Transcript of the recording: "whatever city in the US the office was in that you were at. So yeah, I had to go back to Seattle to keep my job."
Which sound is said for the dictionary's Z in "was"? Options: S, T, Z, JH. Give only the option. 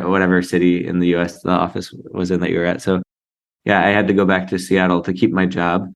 Z